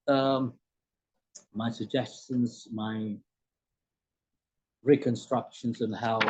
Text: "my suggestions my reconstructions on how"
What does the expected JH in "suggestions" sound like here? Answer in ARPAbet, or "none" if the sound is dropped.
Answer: JH